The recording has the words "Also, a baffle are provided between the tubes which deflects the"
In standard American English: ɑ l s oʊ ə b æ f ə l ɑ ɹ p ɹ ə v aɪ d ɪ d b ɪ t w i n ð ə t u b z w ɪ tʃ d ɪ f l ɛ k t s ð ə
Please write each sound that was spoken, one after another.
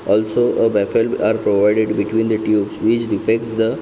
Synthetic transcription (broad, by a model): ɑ l s oʊ ə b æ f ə l ɑ ɹ p ɹ ə v aɪ d ɪ d b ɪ t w i n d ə t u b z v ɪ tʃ d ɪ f ɛ k t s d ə